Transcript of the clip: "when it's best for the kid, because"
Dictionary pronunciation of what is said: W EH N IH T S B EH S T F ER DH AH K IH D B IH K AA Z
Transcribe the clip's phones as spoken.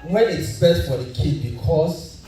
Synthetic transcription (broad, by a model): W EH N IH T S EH T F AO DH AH K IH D B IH K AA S